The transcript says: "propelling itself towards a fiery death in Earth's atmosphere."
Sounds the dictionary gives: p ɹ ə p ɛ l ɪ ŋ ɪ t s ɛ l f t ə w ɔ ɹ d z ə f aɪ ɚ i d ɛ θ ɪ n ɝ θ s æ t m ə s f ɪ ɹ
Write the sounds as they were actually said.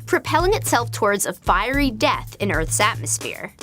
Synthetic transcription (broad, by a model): p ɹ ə p ɛ l ɪ ŋ ɪ t s ɛ l f t ə w ɔ ɹ d z ə f aɪ ɚ i d ɛ θ ɪ n ɝ θ s æ t m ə s f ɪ ɹ